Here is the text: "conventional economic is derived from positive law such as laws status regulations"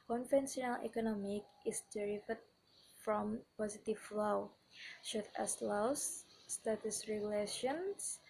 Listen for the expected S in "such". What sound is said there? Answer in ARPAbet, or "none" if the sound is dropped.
SH